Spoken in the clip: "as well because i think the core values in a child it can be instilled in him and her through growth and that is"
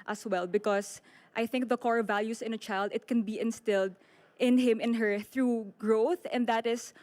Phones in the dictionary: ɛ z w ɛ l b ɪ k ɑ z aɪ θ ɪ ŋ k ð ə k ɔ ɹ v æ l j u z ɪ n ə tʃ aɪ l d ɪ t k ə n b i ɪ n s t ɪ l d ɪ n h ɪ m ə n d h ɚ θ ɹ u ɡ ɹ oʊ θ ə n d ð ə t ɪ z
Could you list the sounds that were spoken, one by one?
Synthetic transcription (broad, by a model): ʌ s w ɛ l b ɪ k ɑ s aɪ θ ɪ ŋ k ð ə k ɔ ɹ v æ l j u s ɪ n ə tʃ aɪ l d ɪ t k ə n b i ɪ n s t ɪ l d ɪ n h ɪ m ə n h ɚ θ ɹ u ɡ ɹ oʊ θ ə n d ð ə t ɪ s